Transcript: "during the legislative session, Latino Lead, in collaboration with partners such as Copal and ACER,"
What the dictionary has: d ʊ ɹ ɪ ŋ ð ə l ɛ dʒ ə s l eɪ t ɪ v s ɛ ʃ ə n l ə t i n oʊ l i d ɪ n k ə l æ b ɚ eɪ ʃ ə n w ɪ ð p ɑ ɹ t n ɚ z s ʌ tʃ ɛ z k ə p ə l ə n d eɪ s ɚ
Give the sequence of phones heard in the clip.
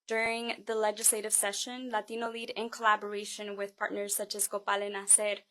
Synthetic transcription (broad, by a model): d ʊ ɹ ɪ ŋ ð ə l ɛ dʒ ə s l eɪ t ɪ v s ɛ ʃ ə n l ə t i n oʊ l i d ɪ n k ə l æ b ɚ eɪ ʃ ə n w ɪ ð p ɑ ɹ t n ɚ z s ʌ tʃ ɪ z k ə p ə l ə n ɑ s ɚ